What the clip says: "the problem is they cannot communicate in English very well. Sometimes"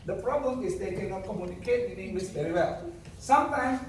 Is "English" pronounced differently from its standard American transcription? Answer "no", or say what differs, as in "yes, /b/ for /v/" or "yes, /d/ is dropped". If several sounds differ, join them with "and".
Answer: yes, /s/ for /ʃ/